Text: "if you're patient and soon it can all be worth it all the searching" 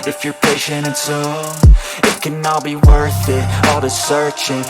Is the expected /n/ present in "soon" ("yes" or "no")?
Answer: no